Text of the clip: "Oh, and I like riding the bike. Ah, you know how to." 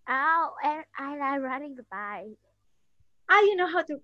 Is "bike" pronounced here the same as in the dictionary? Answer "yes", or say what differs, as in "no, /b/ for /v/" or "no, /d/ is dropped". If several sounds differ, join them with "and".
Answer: no, /k/ is dropped